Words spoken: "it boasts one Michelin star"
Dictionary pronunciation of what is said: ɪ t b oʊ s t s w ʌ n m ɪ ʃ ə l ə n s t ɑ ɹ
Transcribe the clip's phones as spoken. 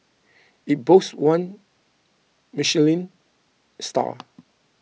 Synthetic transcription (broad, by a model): ɪ t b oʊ s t w ʌ n m ɪ ʃ ə l ə n s t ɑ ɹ